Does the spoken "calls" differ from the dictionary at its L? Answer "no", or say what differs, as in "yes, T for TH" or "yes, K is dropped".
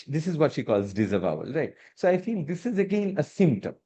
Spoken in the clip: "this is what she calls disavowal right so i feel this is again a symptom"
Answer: no